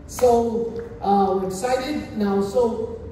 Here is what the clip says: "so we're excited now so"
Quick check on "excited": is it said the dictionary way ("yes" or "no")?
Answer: no